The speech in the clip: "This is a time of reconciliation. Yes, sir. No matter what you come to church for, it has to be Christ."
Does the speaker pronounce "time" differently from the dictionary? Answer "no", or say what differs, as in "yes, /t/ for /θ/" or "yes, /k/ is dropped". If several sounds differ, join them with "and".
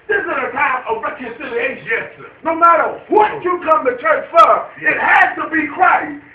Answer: yes, /m/ is dropped